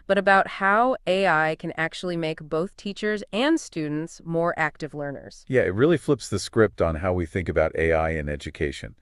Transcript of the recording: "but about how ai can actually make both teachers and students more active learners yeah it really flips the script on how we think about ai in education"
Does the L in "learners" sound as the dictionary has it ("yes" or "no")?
yes